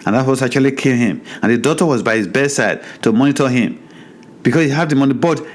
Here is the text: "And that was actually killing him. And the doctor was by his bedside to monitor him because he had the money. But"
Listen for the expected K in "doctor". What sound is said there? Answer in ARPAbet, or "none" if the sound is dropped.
none